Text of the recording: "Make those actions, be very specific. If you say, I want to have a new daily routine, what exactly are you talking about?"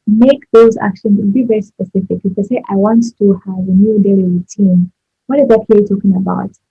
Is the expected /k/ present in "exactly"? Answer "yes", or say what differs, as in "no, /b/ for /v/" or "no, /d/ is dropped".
no, /k/ is dropped